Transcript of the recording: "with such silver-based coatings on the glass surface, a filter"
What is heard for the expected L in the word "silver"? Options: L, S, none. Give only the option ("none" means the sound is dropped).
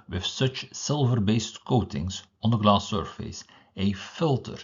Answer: L